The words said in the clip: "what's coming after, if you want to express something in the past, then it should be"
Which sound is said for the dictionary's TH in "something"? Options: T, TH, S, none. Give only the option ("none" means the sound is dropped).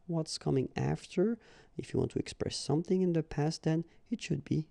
TH